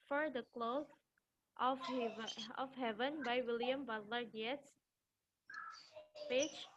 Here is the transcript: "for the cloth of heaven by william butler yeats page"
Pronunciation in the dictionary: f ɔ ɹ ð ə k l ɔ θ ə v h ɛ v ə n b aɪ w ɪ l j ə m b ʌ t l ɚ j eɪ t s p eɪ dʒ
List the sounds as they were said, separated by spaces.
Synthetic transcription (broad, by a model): f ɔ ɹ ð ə k l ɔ f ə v h ɛ v ə n b aɪ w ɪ l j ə m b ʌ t l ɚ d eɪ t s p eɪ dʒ